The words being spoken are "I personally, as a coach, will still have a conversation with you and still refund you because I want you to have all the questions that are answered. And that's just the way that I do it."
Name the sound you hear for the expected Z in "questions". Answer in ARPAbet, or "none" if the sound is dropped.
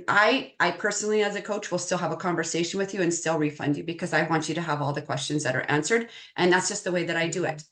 Z